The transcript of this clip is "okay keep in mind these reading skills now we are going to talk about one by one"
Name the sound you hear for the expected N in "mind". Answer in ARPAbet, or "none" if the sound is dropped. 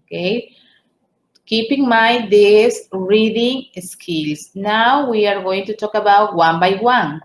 none